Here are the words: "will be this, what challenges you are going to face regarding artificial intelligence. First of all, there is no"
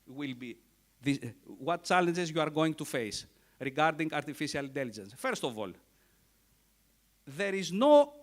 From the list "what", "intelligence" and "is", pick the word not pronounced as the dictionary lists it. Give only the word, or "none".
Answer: none